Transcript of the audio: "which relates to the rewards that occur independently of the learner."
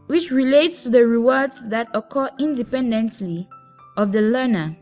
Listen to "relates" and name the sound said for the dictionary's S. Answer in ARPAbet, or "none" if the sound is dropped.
S